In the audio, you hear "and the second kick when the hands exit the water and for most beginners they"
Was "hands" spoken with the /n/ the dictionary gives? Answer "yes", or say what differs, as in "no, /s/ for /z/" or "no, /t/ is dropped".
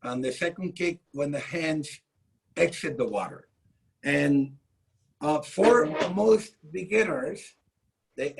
yes